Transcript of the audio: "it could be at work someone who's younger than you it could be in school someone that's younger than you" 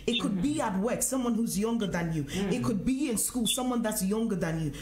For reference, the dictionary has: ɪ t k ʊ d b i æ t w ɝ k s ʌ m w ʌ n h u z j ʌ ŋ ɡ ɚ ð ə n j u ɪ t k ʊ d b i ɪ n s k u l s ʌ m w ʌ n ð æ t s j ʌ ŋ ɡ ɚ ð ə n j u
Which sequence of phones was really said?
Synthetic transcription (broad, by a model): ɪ t k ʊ d b i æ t w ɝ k s ʌ m w ʌ n h u z j ʌ ŋ ɡ ɚ ð ə n j u ɪ t k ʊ d b i ɪ n s k u l s ʌ m w ʌ n ð æ t s j ʌ ŋ ɡ ɚ ð ə n j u